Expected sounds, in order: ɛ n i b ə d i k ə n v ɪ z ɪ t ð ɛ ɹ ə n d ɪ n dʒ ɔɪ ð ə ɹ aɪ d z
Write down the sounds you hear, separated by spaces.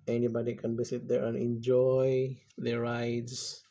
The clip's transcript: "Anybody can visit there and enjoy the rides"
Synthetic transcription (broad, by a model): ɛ n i b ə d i k ə n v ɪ s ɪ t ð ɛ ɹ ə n ɪ n dʒ ɔɪ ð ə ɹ aɪ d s